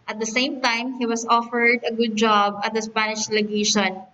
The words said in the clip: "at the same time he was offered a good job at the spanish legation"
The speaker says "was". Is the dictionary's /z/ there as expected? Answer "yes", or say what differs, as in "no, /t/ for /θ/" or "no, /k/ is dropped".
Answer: no, /s/ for /z/